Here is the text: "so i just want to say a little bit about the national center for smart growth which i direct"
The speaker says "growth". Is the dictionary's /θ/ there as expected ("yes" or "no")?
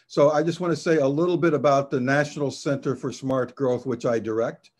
yes